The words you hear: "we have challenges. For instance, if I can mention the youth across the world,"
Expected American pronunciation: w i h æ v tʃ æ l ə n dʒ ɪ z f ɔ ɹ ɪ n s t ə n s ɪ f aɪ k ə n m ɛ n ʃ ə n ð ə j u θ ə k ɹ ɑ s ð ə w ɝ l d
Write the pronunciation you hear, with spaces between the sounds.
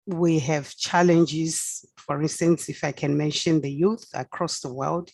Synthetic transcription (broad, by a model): w i h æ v tʃ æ l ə n dʒ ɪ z f ɔ ɹ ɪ n s t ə n s ɪ f aɪ k ə n m ɛ n ʃ ə n ð ə j u θ ə k ɹ ɑ s ð ə w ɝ l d